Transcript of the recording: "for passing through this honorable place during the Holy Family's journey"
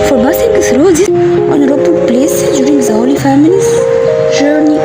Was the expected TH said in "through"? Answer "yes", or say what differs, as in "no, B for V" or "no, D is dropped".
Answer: no, S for TH